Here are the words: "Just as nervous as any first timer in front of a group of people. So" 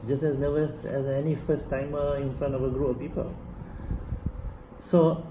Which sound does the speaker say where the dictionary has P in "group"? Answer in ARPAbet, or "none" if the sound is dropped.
none